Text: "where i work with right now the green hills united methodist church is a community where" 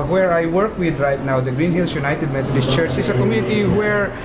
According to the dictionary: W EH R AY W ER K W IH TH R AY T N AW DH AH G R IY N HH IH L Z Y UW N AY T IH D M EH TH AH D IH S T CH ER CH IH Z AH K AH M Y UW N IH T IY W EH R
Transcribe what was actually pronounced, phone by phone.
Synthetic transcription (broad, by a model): W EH R AY W ER K W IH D R AY T N AW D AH G R IY N HH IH L S Y UW N AY T IH D M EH T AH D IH S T CH ER CH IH S AH K AH M Y UW N IH T IY W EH R